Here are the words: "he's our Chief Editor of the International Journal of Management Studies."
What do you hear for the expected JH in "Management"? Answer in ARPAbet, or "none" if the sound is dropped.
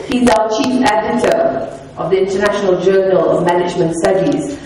JH